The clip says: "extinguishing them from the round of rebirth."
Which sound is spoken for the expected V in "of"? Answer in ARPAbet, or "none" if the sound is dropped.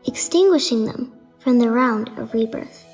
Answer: V